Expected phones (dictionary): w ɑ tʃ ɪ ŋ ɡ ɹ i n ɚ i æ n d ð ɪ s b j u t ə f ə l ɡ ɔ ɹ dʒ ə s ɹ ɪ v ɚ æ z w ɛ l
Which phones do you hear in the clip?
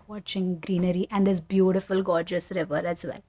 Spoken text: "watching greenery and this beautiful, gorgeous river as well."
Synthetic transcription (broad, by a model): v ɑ tʃ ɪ ŋ ɡ ɹ i n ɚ i æ n d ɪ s b j u t ə f ə l ɡ ɔ ɹ dʒ ə s ɹ ɪ v ɚ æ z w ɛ l